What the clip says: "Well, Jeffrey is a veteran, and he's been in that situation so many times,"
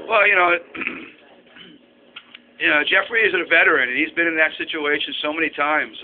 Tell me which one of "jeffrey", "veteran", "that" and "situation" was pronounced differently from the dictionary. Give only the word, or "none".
none